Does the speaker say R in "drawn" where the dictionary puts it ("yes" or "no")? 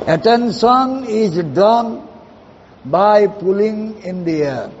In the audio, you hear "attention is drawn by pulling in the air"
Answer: no